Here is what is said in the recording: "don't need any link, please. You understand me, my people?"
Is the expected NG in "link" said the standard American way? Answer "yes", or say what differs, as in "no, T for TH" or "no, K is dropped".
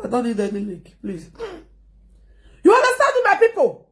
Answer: no, NG is dropped